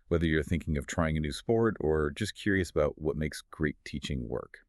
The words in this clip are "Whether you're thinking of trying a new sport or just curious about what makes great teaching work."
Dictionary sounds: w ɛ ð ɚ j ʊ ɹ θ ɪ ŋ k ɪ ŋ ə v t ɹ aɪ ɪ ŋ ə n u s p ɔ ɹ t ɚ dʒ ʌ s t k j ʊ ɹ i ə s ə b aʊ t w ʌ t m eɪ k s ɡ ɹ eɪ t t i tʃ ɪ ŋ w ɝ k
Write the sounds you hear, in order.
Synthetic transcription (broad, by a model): w ɛ ð ɚ j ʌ ɹ θ ɪ ŋ k ɪ ŋ ə v t ɹ aɪ ɪ ŋ ə n u s p ɔ ɹ t ɚ dʒ ʌ s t k j ʊ ɹ i ə s ə b aʊ t w ʌ t m eɪ k s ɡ ɹ eɪ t t i tʃ ɪ ŋ w ɝ k